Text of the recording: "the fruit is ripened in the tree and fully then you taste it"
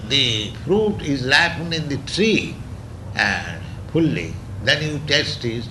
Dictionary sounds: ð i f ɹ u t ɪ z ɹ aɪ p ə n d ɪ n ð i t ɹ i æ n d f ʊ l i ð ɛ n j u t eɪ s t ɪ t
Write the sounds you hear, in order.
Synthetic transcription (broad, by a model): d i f ɹ u t ɪ z l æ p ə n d ɪ n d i t ɹ i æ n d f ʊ l i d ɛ n j u t eɪ s t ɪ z